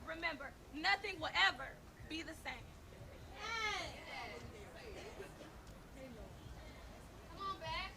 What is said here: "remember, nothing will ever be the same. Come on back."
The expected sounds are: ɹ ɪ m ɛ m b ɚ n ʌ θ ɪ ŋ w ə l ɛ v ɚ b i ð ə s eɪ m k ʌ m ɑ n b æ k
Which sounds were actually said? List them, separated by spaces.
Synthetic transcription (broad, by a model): ɹ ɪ m ɛ m b ɚ n ʌ θ ɪ ŋ w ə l ɛ v ɚ b i ð ə s eɪ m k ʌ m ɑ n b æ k